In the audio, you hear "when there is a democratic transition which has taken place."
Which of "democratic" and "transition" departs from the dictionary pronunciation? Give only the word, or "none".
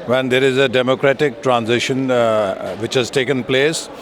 none